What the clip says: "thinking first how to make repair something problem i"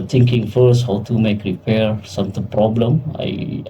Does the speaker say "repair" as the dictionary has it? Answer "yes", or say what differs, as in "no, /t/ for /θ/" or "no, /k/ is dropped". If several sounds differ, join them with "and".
yes